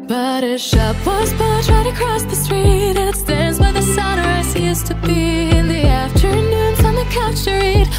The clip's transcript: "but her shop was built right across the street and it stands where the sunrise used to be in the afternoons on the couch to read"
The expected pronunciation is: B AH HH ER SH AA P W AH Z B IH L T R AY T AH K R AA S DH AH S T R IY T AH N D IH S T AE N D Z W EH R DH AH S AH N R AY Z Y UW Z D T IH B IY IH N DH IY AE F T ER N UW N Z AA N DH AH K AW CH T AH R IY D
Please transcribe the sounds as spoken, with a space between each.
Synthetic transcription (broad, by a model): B AH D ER SH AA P W AH Z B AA T R AY T AH K R AA S DH AH S T R IY T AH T S T AE N D Z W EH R DH AH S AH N R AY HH Y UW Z T IH B IY IH N DH IY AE F T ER N UW N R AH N DH AH K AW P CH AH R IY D